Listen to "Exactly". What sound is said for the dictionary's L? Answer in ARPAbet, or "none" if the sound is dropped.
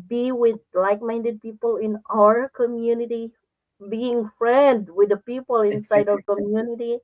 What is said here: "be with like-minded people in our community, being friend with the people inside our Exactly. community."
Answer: none